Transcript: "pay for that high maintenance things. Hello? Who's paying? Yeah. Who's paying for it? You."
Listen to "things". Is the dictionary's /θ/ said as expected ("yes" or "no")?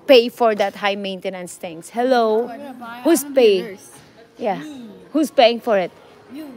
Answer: no